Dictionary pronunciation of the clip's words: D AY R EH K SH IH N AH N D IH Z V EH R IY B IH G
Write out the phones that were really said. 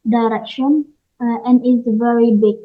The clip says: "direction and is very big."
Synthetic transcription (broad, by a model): D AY R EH K SH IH N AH N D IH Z V EH R IY B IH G